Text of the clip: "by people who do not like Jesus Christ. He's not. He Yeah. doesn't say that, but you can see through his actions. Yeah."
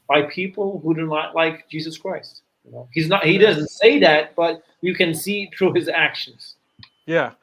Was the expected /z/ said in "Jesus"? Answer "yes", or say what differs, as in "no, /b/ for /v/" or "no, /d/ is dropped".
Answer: yes